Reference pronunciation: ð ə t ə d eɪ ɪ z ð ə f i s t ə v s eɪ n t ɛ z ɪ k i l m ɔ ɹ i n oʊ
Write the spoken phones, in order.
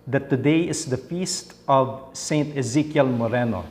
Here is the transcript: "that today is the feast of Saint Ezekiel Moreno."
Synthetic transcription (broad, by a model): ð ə t ə d eɪ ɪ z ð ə f i s t ə v s eɪ n t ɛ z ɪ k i l m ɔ ɹ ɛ n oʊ